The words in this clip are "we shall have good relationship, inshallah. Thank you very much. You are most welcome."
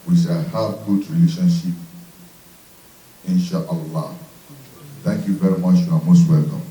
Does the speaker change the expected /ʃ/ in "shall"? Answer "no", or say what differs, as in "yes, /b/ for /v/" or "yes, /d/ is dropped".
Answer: yes, /s/ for /ʃ/